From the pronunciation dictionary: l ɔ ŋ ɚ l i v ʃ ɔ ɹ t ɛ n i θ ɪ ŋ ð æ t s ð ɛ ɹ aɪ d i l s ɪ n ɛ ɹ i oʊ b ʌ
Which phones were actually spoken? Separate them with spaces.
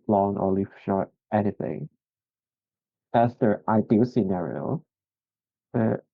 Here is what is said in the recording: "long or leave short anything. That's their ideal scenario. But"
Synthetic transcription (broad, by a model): l ɔ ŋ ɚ l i f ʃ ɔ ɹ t ɛ n i θ ɪ ŋ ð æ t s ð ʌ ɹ aɪ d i s ɪ n ɛ ɹ i oʊ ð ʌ